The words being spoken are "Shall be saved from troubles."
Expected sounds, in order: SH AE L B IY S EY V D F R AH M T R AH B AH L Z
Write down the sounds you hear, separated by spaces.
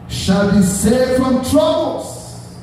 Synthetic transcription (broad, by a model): SH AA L B IY S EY D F R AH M T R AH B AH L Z